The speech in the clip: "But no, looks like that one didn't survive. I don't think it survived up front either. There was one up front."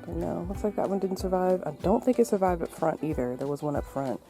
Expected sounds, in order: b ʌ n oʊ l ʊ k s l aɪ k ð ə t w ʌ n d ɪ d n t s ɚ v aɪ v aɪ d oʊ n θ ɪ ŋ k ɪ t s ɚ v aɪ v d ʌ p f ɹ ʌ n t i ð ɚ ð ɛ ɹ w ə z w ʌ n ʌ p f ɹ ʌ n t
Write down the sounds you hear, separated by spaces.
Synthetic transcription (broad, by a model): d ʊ n oʊ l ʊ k s l aɪ k ð ə t w ʌ n d ɪ d n t s ɚ v aɪ v aɪ d oʊ n θ ɪ ŋ k ɪ t s ɚ v aɪ v d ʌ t f ɹ ʌ n t i ð ɚ ð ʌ ɹ w ə z w ʌ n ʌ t f ɹ ʌ n t